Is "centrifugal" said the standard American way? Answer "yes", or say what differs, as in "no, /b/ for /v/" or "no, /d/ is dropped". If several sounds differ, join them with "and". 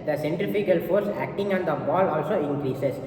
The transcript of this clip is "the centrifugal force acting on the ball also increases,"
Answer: no, /ɹ/ is dropped